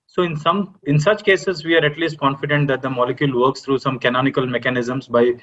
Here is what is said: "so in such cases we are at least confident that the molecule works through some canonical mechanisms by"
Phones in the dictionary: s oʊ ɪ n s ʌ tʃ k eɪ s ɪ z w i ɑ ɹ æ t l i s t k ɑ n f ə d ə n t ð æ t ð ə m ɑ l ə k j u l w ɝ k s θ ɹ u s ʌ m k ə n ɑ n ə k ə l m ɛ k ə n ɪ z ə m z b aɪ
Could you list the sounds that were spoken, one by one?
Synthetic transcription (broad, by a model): s oʊ ɪ n s ʌ tʃ k eɪ s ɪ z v i ɑ ɹ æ t l i s t k ɑ n f ə d ə n t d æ t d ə m ɑ l ə k j u l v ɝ k s t ɹ u s ʌ m k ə n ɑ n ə k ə l m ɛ k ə n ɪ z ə m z b aɪ